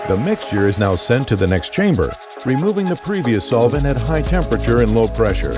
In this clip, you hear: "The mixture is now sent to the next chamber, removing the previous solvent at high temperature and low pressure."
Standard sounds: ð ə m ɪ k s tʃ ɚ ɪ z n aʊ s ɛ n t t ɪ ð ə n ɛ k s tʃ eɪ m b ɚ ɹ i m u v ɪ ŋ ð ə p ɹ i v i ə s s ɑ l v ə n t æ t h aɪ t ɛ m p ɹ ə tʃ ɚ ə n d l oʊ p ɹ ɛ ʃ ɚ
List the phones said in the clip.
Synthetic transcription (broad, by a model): ð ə m ɪ k s tʃ ɚ ɪ z n aʊ s ɛ n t t ɪ ð ə n ɛ k s tʃ eɪ m b ɚ ɹ i m u v ɪ ŋ ð ə p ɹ i v i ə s s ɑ l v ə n æ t h aɪ t ɛ m p ɹ ə tʃ ɚ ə n l oʊ p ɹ ɛ ʃ ɚ